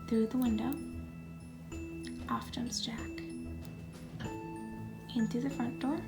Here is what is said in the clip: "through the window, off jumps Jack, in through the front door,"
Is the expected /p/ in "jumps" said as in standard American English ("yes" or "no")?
no